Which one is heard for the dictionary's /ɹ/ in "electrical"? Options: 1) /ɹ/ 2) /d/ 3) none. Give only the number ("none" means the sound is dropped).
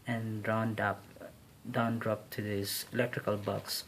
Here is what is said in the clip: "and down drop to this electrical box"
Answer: 1